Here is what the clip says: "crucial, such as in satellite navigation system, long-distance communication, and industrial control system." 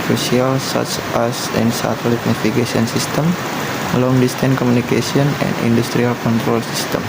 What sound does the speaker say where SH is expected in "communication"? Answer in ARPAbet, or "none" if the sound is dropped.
S